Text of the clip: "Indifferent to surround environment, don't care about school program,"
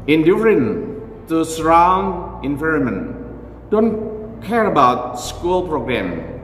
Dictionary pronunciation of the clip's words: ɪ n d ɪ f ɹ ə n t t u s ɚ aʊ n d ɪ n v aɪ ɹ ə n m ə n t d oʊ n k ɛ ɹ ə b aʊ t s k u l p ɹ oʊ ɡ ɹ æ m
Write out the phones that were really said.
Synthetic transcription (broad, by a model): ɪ n d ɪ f ɹ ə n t t u s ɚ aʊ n ɪ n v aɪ ɹ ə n m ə n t d oʊ n k ɛ ɹ ə b aʊ t s k u l p ɹ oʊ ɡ ɹ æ m